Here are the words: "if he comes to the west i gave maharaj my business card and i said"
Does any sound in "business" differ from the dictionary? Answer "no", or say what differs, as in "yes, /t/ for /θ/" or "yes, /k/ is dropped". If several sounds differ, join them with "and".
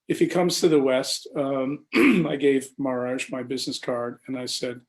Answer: no